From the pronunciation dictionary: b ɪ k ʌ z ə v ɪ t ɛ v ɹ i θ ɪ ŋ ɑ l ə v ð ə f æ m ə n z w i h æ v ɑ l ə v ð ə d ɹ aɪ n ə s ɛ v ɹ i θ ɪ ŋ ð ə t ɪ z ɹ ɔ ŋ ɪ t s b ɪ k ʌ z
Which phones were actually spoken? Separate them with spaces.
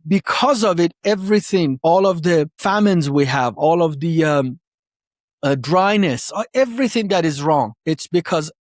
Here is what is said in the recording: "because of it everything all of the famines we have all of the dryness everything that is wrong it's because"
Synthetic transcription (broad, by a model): b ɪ k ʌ z ə v ɪ t ɛ v ɹ i θ ɪ ŋ ɑ l ə v ð ə f æ m ə n z w i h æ v ɑ l ə v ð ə d ɹ aɪ n ə s ɛ v ɹ i θ ɪ ŋ ð ə t ɪ z ɹ ɔ ŋ ɪ t s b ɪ k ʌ z